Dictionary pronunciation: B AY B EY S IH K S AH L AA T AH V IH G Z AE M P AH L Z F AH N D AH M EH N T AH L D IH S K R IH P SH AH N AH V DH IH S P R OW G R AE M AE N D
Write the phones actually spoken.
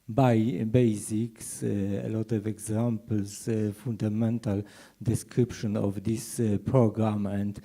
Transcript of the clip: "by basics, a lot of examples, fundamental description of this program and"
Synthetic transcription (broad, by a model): B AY B EY S IH K S AH L AA T AH V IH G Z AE M P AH L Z F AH N D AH M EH N T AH L D IH S K R IH P SH AH N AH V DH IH S P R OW G R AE M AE N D